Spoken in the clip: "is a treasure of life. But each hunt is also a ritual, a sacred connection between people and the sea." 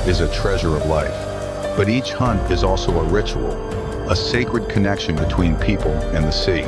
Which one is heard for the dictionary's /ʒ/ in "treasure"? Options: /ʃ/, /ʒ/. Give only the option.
/ʒ/